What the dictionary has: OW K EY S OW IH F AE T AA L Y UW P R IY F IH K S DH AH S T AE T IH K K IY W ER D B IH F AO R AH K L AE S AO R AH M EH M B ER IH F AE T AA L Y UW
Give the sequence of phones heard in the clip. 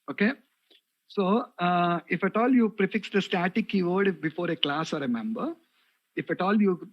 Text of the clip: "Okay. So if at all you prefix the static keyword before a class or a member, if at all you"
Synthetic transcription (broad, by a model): OW K EY S OW IH F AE T AA L Y UW P R IY F IH K S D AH S T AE T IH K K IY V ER D B IH F AO R AH K L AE S AO R AH M EH M B ER IH F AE T AA L Y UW